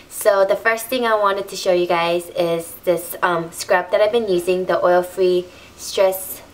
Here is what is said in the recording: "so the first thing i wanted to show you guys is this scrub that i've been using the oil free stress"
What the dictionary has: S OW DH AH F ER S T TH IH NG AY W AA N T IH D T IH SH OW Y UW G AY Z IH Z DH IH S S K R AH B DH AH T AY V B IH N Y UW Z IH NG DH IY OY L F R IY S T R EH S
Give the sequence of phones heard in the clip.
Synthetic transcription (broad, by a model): S OW DH AH F ER S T TH IH NG AY W AA N T IH D T IH SH OW Y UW G AY Z IH Z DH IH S S K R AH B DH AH T AY V B IH N Y UW Z IH NG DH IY OY L F R IY S T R EH S